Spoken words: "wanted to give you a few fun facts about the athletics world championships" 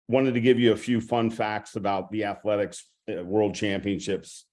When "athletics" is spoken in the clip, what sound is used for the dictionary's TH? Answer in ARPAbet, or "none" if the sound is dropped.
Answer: TH